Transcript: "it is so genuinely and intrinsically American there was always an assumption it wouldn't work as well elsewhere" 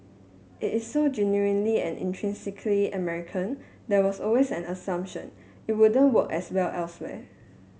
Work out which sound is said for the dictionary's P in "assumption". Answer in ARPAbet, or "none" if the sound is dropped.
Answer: P